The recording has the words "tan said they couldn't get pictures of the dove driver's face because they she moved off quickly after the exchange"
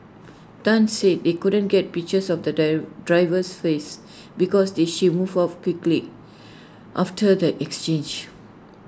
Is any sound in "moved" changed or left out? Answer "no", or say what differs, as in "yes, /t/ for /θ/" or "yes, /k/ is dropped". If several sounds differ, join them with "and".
yes, /d/ is dropped